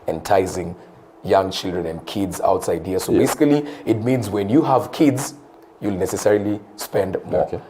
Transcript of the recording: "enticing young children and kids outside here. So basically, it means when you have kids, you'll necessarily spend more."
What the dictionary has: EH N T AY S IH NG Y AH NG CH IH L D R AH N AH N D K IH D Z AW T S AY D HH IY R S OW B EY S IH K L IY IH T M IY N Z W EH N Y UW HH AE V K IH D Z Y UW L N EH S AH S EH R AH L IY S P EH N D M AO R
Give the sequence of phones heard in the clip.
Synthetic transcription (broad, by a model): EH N T AY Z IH NG Y AH NG CH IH L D R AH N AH N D K IH D Z AW T S AY D HH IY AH S OW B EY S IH K L IY IH T M IY N Z W EH N Y UW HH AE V K IH D Z Y UW L N EH S AH S EH R AH L IY S P EH N D M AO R